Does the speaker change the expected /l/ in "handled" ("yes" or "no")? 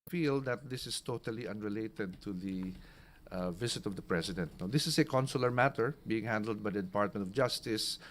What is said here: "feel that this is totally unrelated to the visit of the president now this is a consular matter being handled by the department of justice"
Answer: no